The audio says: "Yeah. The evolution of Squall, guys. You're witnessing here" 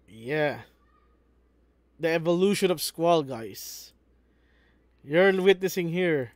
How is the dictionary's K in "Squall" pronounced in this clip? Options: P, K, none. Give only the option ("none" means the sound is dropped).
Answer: K